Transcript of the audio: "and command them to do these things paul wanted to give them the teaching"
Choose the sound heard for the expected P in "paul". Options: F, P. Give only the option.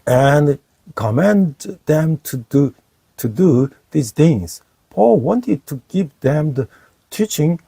P